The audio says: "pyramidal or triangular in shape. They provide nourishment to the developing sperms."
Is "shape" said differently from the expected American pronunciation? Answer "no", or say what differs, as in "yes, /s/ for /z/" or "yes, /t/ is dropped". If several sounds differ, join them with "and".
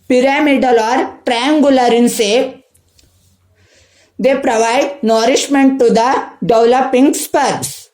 yes, /s/ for /ʃ/